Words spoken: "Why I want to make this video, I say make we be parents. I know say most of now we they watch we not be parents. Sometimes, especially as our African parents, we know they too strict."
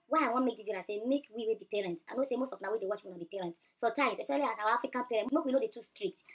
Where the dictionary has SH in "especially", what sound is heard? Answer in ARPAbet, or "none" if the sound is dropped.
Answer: none